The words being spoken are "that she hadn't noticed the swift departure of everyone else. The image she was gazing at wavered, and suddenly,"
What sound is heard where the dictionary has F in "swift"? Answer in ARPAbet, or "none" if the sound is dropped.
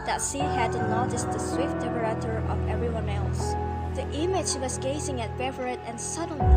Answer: F